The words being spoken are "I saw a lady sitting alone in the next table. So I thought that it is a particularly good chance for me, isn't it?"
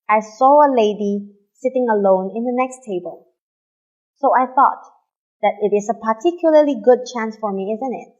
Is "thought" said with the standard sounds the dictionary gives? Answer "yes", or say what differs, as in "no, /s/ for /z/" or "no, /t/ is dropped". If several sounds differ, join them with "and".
yes